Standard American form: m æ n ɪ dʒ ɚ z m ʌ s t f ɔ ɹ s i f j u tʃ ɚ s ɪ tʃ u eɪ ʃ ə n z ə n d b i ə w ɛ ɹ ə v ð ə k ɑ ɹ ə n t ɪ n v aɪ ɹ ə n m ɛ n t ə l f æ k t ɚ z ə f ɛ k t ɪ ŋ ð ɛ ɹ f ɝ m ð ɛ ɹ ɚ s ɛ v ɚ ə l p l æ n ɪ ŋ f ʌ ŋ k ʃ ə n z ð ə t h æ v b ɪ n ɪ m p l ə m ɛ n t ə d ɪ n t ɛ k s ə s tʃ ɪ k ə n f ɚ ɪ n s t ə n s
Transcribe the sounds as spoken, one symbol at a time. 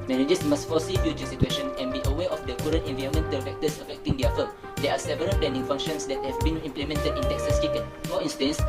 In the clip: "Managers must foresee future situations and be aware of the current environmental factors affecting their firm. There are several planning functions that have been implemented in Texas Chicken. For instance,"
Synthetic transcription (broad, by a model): m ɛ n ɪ dʒ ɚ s m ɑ s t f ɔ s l i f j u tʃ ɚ s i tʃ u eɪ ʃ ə n ə n b i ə w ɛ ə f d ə k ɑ ɹ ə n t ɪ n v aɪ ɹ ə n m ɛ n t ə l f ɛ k t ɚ s ə f ɛ k t ɪ ŋ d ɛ f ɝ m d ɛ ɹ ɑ s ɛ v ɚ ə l p l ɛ n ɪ ŋ f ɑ ŋ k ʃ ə n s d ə t h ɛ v b ɪ n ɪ m p l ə m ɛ n t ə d ɪ n t ɛ k s ə s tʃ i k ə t f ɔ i n s t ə n s